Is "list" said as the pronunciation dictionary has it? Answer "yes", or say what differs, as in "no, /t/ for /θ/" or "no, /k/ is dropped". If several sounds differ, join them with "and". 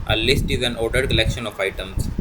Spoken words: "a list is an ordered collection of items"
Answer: yes